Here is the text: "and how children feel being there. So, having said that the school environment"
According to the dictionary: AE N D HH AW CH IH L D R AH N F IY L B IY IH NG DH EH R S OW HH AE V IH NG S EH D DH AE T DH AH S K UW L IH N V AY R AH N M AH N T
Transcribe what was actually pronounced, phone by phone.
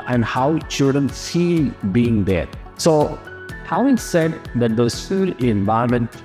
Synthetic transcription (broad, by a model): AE N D HH AW CH IH L D R AH N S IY B IY IH NG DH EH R S OW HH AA IH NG S EH D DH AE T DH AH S UW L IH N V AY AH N M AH N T